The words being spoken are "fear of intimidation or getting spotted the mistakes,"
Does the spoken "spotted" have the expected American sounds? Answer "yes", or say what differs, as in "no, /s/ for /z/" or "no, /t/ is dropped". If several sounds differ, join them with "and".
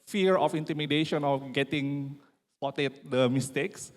no, /p/ is dropped